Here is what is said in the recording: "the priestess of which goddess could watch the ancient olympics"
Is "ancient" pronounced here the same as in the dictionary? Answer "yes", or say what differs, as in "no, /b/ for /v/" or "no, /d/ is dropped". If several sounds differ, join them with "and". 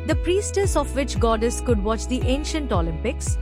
yes